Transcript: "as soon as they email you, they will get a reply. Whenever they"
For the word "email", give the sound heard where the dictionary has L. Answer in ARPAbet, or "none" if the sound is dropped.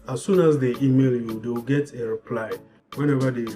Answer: L